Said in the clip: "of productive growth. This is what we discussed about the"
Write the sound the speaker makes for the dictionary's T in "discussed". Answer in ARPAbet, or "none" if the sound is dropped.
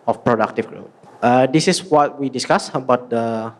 none